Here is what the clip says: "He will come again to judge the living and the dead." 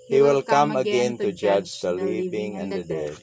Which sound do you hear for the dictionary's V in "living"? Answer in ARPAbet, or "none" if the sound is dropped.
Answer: P